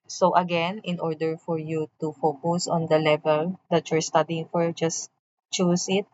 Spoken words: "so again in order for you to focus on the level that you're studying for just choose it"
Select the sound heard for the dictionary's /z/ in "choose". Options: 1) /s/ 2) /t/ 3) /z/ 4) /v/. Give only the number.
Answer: 1